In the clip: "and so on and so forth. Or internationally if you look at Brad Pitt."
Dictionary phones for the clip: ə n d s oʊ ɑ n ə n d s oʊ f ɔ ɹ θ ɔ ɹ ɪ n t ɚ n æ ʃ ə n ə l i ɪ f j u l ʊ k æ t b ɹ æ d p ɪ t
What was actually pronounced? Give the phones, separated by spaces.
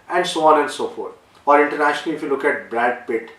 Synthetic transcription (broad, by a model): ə n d s oʊ ɑ n ə n d s oʊ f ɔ ɹ t ɔ ɹ ɪ n t ɚ n æ ʃ ə n ə l i ɪ f j u l ʊ k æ t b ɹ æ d p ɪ t